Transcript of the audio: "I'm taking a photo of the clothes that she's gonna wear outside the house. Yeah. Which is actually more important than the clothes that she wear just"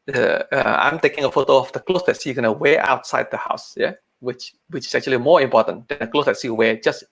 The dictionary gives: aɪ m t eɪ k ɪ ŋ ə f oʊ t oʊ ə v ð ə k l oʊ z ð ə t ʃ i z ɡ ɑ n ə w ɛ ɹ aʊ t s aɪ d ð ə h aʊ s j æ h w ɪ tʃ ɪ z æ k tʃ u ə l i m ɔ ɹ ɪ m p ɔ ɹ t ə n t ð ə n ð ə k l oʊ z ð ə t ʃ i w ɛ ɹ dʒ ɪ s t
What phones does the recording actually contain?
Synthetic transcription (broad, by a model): aɪ m t eɪ k ɪ ŋ ə f oʊ t oʊ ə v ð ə k l oʊ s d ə t s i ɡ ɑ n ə w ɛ aʊ t s aɪ d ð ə h aʊ s j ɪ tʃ w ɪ tʃ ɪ s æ k tʃ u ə l i m ɔ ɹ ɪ m p ɔ t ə n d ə n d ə k l oʊ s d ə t s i w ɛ dʒ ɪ s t